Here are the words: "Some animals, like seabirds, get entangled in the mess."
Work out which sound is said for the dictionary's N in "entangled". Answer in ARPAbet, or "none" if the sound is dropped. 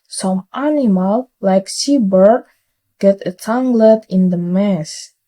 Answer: none